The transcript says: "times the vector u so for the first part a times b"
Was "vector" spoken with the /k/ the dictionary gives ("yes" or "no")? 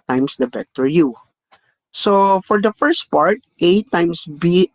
no